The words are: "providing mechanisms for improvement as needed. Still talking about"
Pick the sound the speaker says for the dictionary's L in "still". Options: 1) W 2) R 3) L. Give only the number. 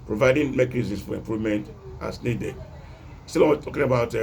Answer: 1